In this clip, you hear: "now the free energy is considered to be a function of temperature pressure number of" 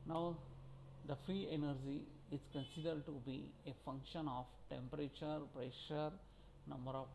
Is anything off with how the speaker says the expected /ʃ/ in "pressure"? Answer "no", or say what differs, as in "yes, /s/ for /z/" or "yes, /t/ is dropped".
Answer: no